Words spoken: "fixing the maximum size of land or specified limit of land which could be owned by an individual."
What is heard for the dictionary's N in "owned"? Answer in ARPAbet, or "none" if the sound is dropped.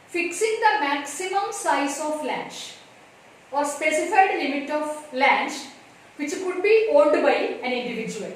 L